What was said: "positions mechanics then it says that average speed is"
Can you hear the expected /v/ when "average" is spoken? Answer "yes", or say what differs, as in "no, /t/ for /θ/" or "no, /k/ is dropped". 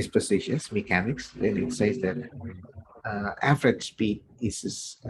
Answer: no, /f/ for /v/